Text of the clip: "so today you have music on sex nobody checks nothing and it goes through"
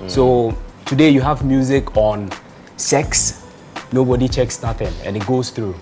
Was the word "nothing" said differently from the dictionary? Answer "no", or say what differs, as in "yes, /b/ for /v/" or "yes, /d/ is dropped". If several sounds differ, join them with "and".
yes, /t/ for /θ/